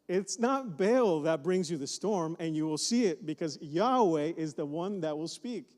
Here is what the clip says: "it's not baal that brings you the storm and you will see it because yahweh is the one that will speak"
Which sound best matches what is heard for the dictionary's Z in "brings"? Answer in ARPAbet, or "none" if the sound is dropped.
Z